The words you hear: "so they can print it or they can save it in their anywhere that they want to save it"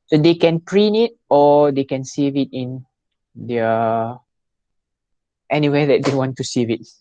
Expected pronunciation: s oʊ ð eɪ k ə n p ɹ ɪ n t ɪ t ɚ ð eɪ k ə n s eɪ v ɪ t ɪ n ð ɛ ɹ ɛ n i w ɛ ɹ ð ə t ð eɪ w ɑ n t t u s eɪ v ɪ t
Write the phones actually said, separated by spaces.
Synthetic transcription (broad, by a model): s oʊ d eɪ k ə n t ɹ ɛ n ɪ t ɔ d eɪ k ə n s eɪ v ɪ t ɪ n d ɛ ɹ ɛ n i w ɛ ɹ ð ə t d eɪ w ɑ n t t u s eɪ v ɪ t